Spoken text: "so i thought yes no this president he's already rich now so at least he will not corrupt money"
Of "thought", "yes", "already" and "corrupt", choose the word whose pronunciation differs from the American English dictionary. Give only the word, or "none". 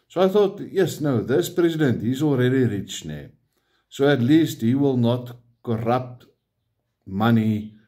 none